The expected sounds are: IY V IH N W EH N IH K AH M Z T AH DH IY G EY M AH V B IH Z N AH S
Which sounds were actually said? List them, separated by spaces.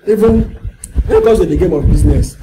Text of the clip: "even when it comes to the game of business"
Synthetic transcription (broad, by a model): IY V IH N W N IH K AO Z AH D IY G EY M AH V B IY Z N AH S